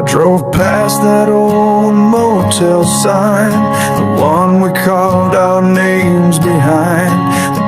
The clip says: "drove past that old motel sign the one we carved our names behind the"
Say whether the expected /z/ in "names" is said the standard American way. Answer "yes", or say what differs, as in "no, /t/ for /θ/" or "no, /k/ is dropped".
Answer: yes